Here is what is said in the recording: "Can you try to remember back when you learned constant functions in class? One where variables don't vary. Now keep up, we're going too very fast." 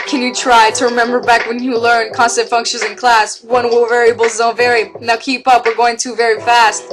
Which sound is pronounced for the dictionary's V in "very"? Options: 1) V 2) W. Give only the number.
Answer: 1